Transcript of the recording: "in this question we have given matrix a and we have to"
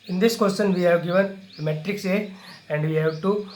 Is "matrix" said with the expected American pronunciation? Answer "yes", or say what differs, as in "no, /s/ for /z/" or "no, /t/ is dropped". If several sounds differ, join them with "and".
yes